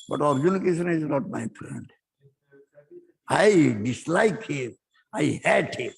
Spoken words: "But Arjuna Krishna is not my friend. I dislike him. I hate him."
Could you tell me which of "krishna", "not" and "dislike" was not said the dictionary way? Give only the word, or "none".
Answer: krishna